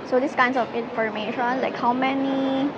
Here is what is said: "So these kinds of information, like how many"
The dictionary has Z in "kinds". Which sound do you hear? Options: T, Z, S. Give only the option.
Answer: S